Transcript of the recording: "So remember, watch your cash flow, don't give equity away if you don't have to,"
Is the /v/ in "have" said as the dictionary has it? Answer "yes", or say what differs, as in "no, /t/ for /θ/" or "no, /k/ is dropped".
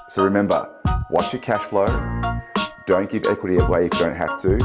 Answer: no, /f/ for /v/